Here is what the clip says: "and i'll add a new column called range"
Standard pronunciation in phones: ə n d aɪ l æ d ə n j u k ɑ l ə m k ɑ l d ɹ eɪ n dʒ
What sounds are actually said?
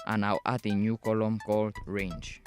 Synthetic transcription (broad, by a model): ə n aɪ w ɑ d ə n j u k ɑ l ə m k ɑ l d ɹ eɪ n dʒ